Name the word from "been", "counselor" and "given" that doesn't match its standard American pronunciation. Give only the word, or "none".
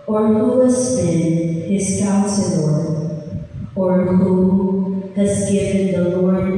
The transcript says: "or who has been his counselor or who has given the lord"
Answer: counselor